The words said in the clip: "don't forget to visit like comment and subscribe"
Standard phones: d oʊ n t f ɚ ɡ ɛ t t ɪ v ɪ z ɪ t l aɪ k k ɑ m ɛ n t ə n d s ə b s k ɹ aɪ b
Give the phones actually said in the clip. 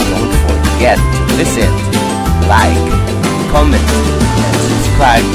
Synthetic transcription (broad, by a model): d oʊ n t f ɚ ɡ ɛ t t ɪ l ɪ s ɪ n l aɪ k k ɑ m ɛ n t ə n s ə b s k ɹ aɪ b